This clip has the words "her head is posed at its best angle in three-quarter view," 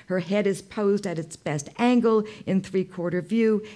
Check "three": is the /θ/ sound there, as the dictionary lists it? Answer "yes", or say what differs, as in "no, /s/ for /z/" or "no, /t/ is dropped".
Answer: yes